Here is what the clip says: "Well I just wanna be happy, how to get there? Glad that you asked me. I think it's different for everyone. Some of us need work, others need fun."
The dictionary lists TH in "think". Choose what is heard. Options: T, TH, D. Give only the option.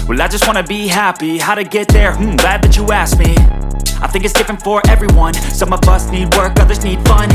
TH